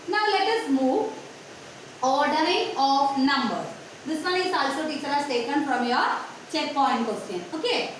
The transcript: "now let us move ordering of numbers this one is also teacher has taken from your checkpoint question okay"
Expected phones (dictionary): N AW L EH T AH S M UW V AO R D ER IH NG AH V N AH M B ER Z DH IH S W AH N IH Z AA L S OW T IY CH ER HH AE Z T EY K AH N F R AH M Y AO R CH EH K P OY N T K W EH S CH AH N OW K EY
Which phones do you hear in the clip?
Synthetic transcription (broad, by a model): N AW L EH T AH S M UW V AO R D ER IH NG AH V N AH M B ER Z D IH S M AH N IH S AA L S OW T IY CH ER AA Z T EY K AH N F R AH M Y AO R CH EH K P OY N T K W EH S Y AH N OW K EY